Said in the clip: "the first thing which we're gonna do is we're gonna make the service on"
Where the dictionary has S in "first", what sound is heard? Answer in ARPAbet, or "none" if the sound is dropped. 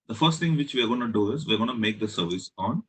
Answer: S